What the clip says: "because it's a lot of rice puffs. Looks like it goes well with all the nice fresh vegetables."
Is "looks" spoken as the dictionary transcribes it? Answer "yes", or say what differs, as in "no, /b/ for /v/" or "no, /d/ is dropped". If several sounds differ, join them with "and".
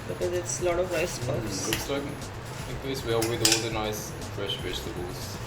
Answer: no, /k/ is dropped